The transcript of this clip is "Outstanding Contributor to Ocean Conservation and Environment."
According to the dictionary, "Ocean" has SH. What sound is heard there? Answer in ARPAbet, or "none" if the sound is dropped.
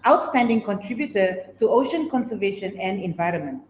SH